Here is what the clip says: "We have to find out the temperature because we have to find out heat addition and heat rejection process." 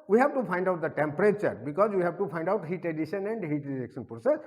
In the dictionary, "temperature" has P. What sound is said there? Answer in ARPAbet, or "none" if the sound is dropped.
P